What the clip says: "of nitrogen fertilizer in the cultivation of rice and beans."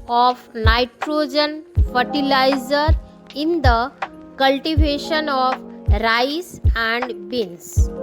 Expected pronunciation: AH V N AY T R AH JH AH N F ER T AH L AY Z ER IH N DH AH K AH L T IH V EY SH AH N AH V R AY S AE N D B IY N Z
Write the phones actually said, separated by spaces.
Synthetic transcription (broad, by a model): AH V N AY T R AH JH AH N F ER T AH L AY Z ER IH N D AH K AH L T IH V EY SH AH N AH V R AY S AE N D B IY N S